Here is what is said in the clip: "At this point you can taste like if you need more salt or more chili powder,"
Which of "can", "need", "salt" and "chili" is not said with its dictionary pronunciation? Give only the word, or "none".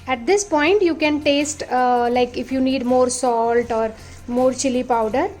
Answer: none